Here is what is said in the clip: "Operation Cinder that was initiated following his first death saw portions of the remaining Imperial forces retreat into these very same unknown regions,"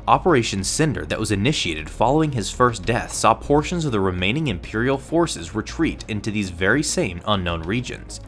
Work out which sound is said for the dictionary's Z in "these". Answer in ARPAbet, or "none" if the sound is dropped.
Z